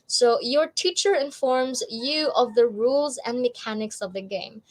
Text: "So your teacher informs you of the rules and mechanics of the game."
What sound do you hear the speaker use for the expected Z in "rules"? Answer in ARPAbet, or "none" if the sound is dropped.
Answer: Z